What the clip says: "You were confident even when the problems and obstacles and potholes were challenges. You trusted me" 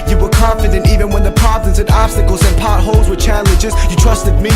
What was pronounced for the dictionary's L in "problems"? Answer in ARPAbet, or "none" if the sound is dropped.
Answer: none